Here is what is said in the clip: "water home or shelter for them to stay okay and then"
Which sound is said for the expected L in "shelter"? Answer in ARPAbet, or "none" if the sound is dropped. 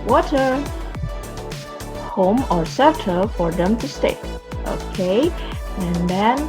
none